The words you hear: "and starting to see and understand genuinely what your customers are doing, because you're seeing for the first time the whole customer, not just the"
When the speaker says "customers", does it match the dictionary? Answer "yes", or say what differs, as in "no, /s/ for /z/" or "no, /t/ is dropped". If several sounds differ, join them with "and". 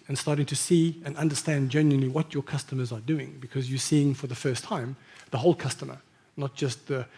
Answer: yes